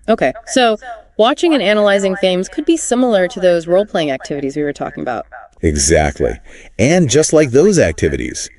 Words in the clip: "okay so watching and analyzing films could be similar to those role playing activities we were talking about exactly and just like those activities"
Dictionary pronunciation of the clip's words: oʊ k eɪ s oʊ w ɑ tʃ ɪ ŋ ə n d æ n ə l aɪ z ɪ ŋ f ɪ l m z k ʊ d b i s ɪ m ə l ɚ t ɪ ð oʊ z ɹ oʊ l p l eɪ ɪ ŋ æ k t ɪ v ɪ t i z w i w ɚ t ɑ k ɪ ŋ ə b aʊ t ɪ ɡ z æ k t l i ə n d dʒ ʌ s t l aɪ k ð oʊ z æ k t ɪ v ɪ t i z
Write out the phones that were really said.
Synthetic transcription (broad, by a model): oʊ k eɪ s oʊ w ɑ tʃ ɪ ŋ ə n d æ n ə l aɪ z ɪ ŋ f ɪ m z k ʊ d b i s ɪ m l ɚ t ɪ ð oʊ z ɹ oʊ l p l eɪ ɪ ŋ æ k t ɪ v ɪ t i z w i w ɚ t ɑ k ɪ ŋ ə b aʊ t ɪ ɡ z æ k t l i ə n dʒ ʌ s t l aɪ k ð oʊ z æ k t ɪ v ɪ t i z